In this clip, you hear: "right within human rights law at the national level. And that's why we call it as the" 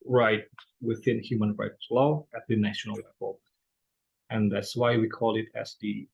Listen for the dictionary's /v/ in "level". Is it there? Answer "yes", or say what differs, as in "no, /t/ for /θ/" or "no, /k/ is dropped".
no, /f/ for /v/